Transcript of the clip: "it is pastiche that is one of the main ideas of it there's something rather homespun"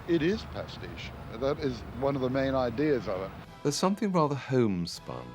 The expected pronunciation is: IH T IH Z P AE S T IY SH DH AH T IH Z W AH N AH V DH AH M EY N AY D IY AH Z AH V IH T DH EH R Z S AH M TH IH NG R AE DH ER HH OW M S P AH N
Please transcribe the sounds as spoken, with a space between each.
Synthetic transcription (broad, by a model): IH T IH Z P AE S T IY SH DH AH T IH Z W AH N AH V DH AH M EY N AY D IY AH Z AH V IH T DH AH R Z S AH M TH IH NG R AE DH ER HH OW M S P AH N